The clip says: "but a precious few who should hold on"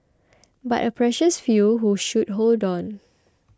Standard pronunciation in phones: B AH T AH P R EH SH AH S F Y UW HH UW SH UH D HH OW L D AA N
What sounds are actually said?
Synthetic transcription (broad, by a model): B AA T AH P R EH SH AH S F Y UW HH UW SH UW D HH OW L D AA N